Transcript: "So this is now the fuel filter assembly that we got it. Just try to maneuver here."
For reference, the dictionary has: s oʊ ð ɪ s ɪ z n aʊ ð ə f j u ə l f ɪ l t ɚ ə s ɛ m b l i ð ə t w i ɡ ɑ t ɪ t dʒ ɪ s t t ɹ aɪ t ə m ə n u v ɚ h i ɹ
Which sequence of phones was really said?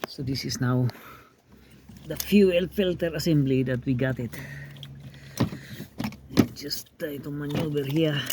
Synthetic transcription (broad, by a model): s oʊ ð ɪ s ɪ s n aʊ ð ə f j u ə l f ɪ l t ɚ ə s ɛ m b l i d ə t w i ɡ ɑ t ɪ t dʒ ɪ s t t aɪ t ə m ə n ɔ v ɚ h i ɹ